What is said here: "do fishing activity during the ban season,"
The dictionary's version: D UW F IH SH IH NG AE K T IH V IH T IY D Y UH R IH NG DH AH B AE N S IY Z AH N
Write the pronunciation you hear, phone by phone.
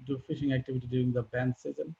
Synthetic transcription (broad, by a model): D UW F IH SH IH NG AE K T IH V IH T IY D Y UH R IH NG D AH B AE N S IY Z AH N